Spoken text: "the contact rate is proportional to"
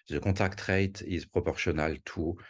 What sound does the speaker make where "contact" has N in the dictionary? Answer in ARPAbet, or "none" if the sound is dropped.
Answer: none